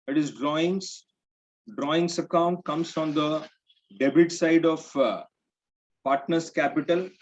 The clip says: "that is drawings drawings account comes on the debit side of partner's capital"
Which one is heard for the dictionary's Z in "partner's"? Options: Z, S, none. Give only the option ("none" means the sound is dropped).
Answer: S